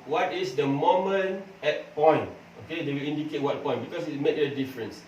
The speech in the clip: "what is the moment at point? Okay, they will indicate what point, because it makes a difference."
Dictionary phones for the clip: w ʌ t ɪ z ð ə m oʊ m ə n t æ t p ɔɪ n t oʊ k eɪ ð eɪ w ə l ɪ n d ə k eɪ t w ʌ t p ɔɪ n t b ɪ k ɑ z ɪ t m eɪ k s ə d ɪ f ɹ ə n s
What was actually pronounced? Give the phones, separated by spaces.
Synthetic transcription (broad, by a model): w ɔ t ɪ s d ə m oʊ m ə n ɛ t p ɔɪ n t oʊ k eɪ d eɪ w ə l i n d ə k eɪ t w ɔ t p ɔɪ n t b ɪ k ɑ s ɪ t m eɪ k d ə d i f ɹ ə n s